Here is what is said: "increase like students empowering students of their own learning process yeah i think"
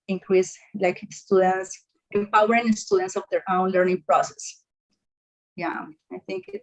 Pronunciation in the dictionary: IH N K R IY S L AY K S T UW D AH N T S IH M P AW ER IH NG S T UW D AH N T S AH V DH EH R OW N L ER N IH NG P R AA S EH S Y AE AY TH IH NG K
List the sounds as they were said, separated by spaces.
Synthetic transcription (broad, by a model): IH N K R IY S L AY K S T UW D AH N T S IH M P AW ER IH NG S T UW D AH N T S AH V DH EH R OW N L ER N IH NG P R AA S EH S Y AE AY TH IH NG K